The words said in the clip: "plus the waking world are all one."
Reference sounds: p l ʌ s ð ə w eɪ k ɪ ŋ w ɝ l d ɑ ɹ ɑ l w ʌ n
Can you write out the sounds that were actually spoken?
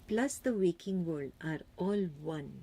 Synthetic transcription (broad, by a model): p l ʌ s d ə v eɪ k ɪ ŋ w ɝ d ɑ ɹ ɑ l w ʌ n